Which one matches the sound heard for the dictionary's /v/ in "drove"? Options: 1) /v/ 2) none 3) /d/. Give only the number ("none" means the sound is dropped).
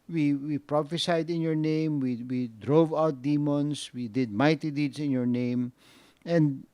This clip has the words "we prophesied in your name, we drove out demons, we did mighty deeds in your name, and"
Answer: 1